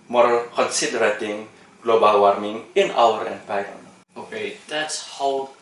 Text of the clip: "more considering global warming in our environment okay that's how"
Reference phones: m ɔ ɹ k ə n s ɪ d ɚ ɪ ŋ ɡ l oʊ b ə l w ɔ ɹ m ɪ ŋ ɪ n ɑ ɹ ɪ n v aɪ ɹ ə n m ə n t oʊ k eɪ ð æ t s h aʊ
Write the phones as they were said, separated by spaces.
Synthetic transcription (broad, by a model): m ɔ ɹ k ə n s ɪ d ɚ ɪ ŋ ɡ l oʊ b ə l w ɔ ɹ m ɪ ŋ ɪ n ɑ l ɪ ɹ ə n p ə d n oʊ k eɪ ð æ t s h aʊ